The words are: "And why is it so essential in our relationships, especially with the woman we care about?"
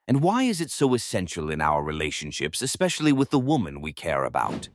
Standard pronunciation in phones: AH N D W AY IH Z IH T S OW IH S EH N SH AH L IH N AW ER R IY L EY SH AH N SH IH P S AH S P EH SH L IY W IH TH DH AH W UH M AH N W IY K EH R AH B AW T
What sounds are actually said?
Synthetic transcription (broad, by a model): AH N W AY IH Z IH T S OW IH S EH N SH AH L IH N AW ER R IY L EY SH AH N SH IH P S AH S P EH SH L IY W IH DH AH W UH M AH N W IY K EH R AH B AW T